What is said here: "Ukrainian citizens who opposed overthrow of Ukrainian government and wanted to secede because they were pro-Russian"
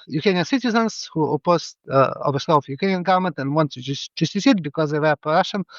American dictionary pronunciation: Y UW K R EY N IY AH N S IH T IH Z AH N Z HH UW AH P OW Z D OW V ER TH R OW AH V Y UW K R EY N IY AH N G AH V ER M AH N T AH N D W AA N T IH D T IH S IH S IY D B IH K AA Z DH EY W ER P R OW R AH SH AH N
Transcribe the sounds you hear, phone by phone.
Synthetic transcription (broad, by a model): Y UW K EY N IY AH N S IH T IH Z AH N S HH UW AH P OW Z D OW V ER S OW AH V Y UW K EY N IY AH N G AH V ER M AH N T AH N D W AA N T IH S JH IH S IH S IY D B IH K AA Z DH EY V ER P OW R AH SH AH N